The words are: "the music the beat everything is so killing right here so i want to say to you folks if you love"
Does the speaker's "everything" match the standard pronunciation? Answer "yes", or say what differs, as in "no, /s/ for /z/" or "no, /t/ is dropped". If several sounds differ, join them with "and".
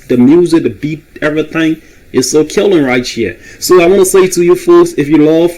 yes